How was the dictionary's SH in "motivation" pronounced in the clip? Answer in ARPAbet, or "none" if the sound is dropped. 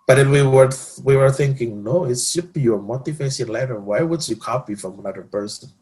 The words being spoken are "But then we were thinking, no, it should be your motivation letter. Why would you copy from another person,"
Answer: S